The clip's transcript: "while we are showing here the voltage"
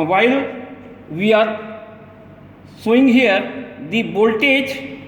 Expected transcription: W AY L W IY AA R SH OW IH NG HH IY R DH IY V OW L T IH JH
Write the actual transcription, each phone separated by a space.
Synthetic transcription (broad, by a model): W AY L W IY AA R S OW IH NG HH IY R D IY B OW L T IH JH